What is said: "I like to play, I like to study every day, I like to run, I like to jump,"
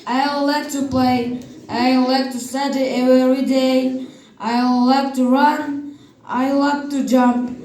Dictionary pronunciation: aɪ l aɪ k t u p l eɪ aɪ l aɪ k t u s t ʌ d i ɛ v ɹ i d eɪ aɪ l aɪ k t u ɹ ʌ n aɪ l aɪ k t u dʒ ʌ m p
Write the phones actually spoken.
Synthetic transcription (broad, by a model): aɪ l aɪ k t u p l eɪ aɪ l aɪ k t u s t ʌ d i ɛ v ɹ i d eɪ aɪ l aɪ k t u ɹ ʌ n aɪ l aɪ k t u dʒ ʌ m p